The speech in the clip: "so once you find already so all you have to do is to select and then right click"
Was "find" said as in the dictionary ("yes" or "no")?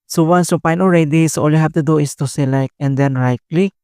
no